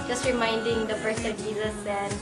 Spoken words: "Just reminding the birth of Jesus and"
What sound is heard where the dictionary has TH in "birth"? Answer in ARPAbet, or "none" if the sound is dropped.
S